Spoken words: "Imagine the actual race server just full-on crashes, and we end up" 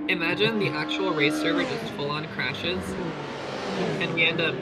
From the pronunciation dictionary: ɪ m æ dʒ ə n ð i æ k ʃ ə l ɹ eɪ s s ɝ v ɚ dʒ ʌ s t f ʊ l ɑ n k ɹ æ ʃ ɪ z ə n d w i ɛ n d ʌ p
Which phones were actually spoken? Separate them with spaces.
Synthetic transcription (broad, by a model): ɪ m æ dʒ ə n ð i æ k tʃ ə l ɹ eɪ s s ɝ v ɚ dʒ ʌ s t f ʊ l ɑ n k ɹ æ ʃ ɪ z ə n w i ɛ n d ʌ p